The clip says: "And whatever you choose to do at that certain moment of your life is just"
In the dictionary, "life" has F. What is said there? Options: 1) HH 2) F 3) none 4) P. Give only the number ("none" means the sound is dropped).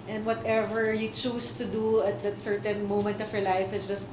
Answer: 2